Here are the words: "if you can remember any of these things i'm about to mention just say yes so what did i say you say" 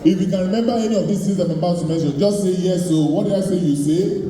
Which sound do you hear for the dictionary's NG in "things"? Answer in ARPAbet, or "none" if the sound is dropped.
none